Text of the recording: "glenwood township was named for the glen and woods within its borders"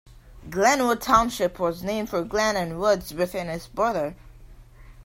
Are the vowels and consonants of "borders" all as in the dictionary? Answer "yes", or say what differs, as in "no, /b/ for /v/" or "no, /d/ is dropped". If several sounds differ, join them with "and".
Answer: no, /z/ is dropped